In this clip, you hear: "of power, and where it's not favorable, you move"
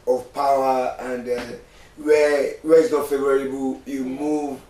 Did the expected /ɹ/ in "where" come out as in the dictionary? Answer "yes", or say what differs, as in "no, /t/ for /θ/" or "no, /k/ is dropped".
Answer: no, /w/ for /ɹ/